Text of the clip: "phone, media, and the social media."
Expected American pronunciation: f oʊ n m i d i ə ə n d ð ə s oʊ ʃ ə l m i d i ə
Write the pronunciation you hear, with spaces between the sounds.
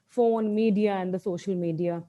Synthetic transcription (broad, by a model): f oʊ n m i d i ə ə n d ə s oʊ ʃ ə l m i d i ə